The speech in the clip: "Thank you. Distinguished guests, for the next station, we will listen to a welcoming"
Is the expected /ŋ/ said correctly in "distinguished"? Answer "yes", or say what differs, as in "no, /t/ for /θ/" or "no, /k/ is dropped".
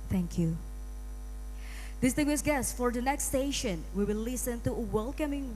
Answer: no, /ŋ/ is dropped